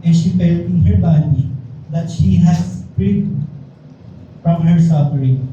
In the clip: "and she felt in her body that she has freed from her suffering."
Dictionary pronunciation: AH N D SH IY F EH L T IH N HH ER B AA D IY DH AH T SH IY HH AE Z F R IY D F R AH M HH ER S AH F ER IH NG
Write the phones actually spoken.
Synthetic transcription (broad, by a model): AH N SH IY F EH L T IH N HH ER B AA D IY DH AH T SH IY HH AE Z P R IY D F R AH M HH ER S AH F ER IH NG